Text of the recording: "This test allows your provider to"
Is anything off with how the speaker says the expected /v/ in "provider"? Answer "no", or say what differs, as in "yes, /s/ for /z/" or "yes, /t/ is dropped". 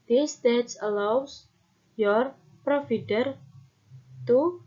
yes, /f/ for /v/